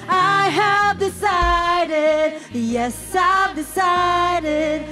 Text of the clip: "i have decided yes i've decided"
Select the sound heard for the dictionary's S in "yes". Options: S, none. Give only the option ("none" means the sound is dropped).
S